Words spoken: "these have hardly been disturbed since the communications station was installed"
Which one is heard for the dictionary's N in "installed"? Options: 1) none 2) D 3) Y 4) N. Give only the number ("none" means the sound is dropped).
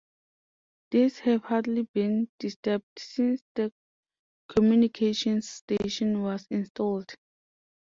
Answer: 4